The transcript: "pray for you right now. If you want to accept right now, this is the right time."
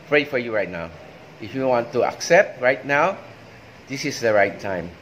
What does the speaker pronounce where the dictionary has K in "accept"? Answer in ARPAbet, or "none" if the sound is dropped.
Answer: K